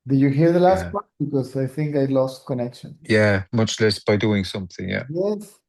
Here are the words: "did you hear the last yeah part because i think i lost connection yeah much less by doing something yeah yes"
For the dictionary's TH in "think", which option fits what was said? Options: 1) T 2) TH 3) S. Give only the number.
2